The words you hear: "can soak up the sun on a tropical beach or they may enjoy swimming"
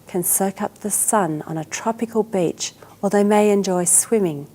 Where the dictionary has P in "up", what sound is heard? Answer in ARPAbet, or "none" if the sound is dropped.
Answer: P